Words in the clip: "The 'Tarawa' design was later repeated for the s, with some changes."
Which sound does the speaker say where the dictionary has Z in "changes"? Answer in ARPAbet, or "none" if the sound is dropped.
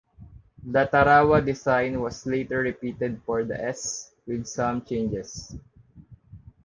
S